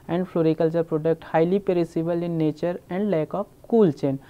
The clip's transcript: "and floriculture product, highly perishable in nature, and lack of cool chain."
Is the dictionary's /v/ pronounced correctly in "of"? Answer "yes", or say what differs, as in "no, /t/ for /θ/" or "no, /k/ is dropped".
no, /p/ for /v/